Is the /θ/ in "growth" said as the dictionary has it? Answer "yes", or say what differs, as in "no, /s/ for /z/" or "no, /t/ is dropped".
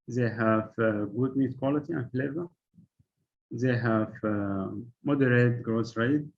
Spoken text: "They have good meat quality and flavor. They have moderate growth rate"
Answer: no, /s/ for /θ/